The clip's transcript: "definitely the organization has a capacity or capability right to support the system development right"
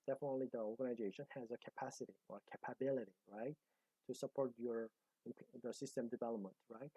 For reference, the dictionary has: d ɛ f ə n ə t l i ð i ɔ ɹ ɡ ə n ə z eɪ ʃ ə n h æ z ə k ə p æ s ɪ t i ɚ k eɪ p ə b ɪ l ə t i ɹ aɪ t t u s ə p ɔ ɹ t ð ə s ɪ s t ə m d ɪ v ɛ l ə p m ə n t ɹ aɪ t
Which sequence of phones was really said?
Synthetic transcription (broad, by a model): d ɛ f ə n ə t l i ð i ɔ ɹ ɡ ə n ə z eɪ ʃ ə n h æ z ə k ə p æ s ɪ t i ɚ k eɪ p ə b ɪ l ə t i ɹ aɪ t t u s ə p ɔ ɹ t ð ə s ɪ s t ə m d ɪ v ɛ l ə p m ə n t ɹ aɪ t